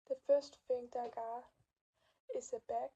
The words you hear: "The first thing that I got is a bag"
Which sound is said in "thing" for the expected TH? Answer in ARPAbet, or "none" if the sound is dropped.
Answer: F